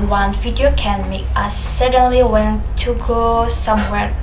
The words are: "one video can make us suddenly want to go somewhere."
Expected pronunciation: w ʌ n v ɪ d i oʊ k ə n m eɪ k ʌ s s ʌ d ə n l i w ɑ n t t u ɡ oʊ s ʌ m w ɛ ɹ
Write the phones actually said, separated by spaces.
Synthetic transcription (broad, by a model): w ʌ n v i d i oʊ k ə n m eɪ ɑ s s ʌ d ə n l i w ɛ n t t u ɡ oʊ s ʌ m w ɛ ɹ